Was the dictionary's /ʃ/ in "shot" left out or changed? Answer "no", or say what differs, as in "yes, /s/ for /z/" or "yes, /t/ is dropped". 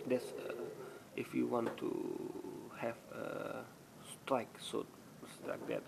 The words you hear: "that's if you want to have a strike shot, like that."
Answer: yes, /s/ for /ʃ/